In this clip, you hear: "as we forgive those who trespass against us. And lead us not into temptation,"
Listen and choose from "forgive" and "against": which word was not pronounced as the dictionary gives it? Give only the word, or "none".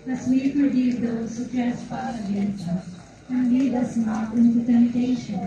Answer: forgive